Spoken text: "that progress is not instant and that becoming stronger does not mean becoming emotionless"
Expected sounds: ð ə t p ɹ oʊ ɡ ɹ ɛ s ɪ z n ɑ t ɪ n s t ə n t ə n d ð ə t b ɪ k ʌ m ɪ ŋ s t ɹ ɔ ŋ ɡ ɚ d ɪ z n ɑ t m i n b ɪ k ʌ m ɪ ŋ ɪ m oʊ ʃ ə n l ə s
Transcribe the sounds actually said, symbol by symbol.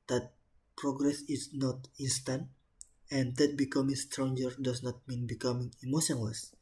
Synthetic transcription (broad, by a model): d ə t p ɹ oʊ ɡ ɹ ɛ s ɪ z n ɑ t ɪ n s t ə n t ə n d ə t b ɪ k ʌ m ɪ ŋ s t ɹ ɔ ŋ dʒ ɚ d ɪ s n ɑ t m i n b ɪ k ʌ m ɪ ŋ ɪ m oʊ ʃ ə n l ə s